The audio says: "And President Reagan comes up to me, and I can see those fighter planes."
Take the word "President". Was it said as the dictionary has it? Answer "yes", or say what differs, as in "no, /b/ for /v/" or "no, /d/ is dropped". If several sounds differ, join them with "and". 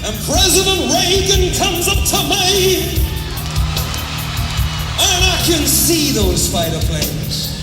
yes